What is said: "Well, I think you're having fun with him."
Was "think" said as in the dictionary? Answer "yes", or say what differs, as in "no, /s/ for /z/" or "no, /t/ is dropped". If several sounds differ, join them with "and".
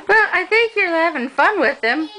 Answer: yes